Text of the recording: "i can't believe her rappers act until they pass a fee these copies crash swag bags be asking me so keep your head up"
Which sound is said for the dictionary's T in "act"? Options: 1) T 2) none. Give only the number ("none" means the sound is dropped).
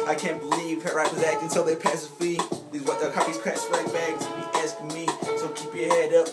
2